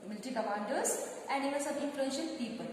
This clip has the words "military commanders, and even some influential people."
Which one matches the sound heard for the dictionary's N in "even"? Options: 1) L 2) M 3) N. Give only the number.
1